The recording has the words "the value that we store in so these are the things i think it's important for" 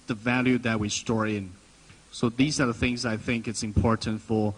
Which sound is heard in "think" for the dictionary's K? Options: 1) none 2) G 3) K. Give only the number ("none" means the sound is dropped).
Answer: 3